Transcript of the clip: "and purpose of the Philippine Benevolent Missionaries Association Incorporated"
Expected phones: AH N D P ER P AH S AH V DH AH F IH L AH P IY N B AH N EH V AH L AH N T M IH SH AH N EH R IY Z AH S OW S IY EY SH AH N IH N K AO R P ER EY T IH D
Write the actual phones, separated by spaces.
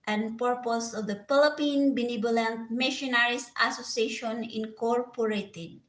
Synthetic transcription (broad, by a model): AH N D P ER P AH S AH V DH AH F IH L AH P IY N B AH N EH B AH L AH N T M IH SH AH N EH R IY S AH S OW S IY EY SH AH N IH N K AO R P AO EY T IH D